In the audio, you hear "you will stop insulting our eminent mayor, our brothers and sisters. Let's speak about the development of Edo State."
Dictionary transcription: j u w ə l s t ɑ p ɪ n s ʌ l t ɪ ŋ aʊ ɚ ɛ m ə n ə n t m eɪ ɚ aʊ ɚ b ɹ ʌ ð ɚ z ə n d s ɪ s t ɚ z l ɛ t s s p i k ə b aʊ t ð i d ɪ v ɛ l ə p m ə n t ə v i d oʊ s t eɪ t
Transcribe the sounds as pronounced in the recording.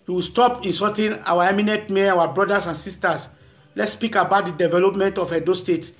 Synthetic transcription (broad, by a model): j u w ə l s t ɑ p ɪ n s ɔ t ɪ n aʊ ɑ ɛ m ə n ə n t m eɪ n aʊ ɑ b ɹ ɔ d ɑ s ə n s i s t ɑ s l ɛ t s s p i k ə b aʊ t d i d ɪ v ɛ l ə p m ə n t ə f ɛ d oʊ s t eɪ t